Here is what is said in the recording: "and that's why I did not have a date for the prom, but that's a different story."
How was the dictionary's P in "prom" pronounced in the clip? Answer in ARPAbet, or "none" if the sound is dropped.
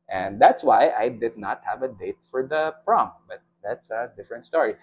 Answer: P